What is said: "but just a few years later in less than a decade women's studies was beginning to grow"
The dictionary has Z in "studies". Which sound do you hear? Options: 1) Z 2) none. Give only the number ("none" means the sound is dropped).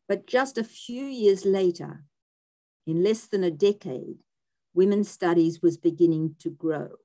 1